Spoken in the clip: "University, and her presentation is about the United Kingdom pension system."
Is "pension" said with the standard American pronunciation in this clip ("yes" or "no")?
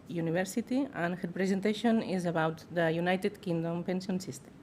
no